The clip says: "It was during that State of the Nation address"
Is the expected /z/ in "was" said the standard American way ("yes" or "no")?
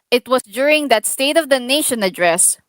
no